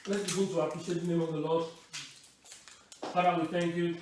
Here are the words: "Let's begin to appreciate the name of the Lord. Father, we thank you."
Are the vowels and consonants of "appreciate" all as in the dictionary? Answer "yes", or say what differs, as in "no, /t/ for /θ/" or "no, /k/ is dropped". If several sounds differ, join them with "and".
no, /ɹ/ is dropped